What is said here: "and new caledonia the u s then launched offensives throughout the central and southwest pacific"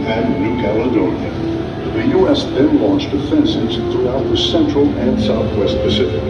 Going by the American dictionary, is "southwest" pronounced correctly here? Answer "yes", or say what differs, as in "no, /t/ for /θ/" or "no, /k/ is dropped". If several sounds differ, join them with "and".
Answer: yes